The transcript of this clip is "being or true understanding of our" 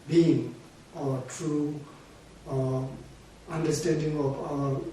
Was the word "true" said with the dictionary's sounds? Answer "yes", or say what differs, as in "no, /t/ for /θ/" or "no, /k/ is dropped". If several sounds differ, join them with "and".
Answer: yes